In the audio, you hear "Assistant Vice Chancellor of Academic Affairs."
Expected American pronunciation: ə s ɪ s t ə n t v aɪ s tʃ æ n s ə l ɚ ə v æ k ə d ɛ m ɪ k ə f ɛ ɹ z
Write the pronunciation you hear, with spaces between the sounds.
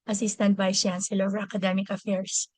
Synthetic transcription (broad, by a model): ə s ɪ s t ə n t b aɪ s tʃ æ n s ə l ə v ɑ k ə d ɛ m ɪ k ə f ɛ ɹ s